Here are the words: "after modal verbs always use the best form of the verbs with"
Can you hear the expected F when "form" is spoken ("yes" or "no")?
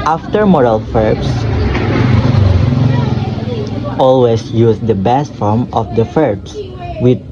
yes